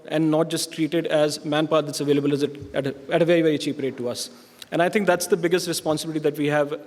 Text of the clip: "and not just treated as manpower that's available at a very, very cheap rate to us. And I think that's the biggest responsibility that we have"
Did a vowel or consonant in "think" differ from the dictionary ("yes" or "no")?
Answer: yes